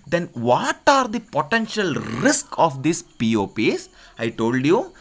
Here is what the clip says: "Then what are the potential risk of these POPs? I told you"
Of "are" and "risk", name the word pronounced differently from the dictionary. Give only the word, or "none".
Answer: none